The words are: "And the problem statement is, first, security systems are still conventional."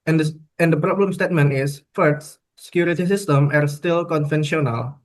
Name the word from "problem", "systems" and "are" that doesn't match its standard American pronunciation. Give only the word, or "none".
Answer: systems